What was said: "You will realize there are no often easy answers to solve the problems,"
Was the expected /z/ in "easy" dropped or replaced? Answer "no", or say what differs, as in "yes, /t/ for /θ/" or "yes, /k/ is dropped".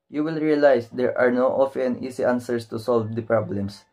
yes, /s/ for /z/